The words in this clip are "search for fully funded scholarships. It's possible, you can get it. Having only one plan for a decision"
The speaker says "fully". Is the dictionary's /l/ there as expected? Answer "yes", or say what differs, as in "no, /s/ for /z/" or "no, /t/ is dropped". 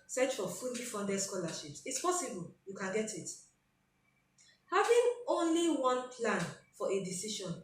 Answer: no, /n/ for /l/